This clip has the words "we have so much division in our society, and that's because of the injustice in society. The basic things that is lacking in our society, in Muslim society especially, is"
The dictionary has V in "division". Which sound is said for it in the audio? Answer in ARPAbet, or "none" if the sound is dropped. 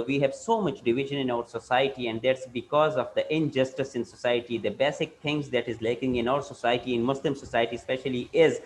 V